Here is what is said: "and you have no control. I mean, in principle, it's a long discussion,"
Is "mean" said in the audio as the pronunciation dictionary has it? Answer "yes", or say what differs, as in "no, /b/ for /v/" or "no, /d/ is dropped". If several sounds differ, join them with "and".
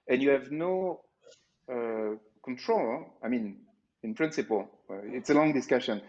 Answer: yes